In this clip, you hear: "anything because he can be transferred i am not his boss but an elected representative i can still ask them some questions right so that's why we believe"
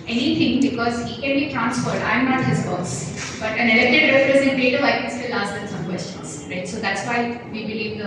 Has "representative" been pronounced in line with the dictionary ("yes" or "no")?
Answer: no